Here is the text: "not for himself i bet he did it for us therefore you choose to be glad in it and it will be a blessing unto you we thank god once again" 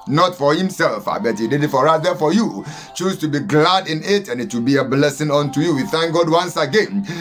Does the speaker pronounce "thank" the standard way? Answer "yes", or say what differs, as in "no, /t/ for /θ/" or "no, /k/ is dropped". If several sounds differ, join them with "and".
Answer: yes